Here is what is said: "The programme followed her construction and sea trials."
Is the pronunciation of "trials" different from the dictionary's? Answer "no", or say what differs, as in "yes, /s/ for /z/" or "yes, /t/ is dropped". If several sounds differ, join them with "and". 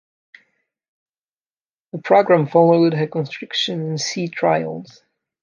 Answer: no